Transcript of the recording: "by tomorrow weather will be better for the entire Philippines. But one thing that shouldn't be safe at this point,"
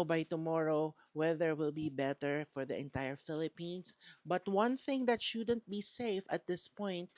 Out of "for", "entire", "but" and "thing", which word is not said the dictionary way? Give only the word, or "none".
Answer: none